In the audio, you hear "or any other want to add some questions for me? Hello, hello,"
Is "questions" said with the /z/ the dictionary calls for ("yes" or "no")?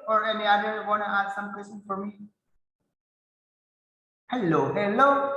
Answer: no